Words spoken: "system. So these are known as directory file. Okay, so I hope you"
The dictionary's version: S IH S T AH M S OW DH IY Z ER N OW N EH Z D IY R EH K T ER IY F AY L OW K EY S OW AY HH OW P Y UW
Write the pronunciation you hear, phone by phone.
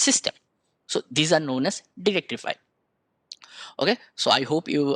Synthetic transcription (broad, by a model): S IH S T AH M S OW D IY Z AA N OW N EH S D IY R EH K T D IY F AY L OW K EY S OW AY HH OW P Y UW